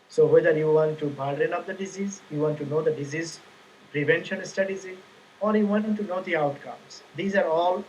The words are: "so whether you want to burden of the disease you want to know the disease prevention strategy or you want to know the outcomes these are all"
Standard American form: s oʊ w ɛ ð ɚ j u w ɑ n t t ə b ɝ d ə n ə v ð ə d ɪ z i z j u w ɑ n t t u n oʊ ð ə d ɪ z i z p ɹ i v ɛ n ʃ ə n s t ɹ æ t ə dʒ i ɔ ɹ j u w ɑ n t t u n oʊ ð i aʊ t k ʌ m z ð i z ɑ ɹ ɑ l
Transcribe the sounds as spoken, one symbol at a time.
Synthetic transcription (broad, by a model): s oʊ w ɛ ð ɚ j u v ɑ n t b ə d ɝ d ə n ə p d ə d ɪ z i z j u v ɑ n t t u n oʊ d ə d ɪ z i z p ɹ i v ɛ n ʃ ə n s t ʌ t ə z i ɔ ɹ j u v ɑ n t t u n oʊ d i aʊ t k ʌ m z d i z ɑ ɹ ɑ l